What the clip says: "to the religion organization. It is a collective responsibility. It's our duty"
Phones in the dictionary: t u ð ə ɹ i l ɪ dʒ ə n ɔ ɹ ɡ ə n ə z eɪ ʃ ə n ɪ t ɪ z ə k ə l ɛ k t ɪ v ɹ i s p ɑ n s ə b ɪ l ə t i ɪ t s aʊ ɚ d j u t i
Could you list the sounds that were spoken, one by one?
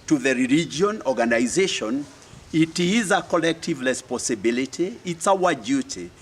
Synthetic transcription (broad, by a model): t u ð ə ɹ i l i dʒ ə n ɔ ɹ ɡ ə n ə z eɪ ʃ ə n ɪ t ɪ z ə k ə l ɛ k t ɪ v l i s p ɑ s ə b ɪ l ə t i ɪ t s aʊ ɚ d j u t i